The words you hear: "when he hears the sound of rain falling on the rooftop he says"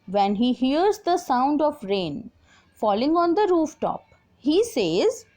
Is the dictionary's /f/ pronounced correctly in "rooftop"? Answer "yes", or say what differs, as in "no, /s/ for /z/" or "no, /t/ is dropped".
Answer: yes